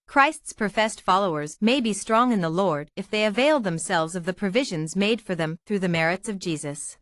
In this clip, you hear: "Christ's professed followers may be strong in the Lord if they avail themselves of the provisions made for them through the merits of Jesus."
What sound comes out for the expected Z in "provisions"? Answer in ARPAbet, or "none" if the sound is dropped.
Z